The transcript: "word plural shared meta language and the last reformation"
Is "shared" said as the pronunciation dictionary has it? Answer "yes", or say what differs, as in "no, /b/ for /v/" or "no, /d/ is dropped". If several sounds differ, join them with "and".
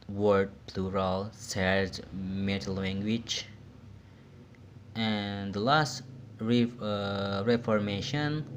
no, /s/ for /ʃ/